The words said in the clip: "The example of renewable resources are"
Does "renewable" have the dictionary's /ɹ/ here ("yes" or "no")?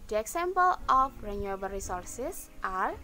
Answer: yes